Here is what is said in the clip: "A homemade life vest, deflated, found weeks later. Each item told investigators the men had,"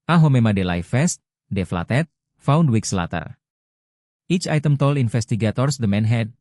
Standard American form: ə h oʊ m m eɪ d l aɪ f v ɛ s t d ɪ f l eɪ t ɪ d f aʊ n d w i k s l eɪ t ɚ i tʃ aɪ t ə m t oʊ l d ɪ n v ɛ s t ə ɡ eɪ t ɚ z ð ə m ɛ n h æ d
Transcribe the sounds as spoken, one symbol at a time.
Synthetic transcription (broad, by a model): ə h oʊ m m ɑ d l aɪ f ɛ s t d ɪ f l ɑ t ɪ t f aʊ n d w i k s l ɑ t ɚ i tʃ aɪ t ə m t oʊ l ɪ n f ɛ s t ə ɡ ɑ t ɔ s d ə m ɛ n h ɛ d